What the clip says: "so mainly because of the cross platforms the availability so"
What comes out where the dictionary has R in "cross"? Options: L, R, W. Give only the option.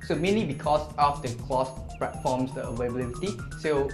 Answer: L